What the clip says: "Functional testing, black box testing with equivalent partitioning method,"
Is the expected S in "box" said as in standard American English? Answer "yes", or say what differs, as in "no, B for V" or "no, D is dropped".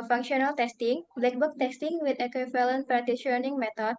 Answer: no, S is dropped